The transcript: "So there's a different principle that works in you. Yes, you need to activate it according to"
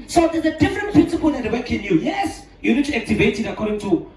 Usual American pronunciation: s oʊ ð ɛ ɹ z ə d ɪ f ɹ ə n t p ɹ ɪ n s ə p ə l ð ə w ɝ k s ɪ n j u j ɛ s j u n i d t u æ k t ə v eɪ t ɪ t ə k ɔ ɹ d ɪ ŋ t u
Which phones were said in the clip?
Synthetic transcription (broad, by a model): s oʊ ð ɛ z ə d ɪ f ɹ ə n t p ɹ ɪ n s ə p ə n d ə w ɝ k ɪ n j u j ɛ s j u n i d t u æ k t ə v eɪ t ɪ t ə k ɔ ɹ d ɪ ŋ t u